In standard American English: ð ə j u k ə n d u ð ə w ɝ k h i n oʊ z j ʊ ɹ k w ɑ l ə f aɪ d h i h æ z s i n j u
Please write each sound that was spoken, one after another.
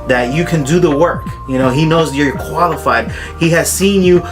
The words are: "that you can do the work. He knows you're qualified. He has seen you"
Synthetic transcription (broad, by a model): ð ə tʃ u k ə n d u ð ə w ɝ k h i n oʊ z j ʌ ɹ k w ɑ l ə f aɪ d h i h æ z s i n j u